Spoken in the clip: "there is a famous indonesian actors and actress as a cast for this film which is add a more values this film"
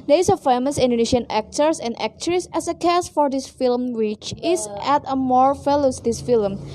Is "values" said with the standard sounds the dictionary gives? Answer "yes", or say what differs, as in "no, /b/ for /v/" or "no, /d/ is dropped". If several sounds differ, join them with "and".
no, /f/ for /v/